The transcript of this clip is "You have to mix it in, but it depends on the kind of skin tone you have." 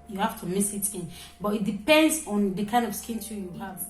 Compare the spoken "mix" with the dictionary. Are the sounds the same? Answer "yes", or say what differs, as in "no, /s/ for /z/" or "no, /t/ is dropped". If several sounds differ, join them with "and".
no, /k/ is dropped